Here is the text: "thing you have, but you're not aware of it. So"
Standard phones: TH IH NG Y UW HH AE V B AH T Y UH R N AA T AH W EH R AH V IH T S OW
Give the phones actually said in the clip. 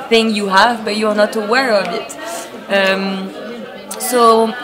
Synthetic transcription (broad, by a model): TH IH NG Y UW HH AE V B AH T Y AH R N AA T AH W EH R AH V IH T S OW